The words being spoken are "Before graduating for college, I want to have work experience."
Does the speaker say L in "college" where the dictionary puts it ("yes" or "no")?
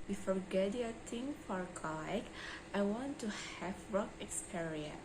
no